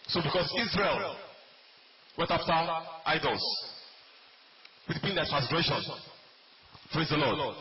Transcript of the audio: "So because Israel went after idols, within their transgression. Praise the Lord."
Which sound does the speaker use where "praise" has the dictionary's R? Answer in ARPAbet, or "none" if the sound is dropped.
R